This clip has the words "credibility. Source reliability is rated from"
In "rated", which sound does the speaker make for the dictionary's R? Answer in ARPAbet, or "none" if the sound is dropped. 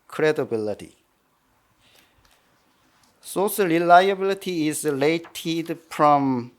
L